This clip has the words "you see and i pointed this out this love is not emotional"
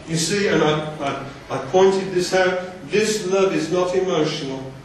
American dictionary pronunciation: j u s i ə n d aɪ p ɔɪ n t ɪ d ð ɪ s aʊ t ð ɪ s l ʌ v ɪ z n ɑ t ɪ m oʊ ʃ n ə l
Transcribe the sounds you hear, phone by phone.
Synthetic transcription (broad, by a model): j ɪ s i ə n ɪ aɪ p ɔɪ n t ɪ d ð ɪ s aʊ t ð ɪ s l ʌ v ɪ z n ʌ t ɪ m oʊ ʃ n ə l